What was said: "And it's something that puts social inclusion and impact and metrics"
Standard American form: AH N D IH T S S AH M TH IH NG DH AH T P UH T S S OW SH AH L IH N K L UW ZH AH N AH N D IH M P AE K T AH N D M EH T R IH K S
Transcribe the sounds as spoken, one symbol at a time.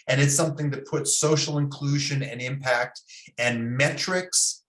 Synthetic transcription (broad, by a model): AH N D IH T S S AH M TH IH NG DH AH T P UH T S S OW SH L IH N K L UW ZH AH N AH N IH M P AE K T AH N M EH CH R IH K S